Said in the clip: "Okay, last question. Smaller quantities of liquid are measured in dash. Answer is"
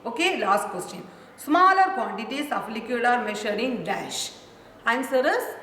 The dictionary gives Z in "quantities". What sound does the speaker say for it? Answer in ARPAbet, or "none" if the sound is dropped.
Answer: S